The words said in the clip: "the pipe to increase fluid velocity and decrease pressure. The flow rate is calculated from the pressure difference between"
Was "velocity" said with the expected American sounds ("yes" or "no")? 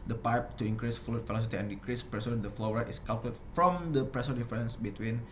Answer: no